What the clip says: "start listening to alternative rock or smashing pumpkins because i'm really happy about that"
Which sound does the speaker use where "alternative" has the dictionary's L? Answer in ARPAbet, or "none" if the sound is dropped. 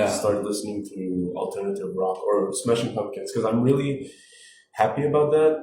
L